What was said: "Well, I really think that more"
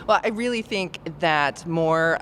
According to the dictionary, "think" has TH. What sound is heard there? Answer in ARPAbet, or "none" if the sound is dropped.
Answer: TH